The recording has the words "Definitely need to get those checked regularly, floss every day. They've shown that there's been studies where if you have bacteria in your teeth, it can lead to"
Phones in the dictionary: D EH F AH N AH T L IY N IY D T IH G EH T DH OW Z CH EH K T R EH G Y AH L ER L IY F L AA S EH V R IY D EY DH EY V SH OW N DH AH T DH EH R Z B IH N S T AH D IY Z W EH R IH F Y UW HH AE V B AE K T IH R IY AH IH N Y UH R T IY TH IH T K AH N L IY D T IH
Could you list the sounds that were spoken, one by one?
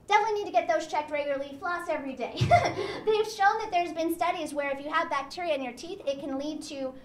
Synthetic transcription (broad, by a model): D EH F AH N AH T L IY N IY D T IH G EH T DH OW Z CH EH K T R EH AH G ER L IY F L AA S EH V R IY D EY DH EY V SH OW N DH AH T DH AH R Z B IH N S T AH D IY Z W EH R IH F Y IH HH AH V B AE K T IH R IY AH IH N Y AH R T IY TH IH T K AH N L IY D T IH